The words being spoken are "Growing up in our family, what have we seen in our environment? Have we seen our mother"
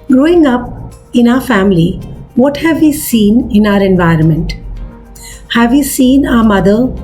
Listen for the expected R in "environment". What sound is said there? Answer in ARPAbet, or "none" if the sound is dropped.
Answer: R